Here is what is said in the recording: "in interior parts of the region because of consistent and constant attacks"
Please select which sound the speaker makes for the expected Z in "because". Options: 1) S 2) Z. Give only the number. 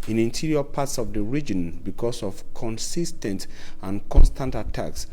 1